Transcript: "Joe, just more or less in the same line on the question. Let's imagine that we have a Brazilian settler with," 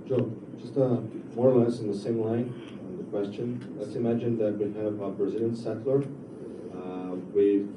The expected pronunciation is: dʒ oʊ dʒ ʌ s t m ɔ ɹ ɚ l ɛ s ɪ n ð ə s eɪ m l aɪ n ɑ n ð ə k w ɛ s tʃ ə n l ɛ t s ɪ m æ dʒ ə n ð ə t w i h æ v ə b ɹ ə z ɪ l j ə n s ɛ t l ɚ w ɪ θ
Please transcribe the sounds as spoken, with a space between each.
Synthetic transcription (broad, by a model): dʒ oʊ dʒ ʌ s t m ɔ ɹ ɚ l ɛ s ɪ n ð ə s eɪ m l aɪ n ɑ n ð ə k w ɛ s tʃ ə n l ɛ t s ɪ m æ dʒ ə n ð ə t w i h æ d ə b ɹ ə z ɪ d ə n s ɛ t l ɚ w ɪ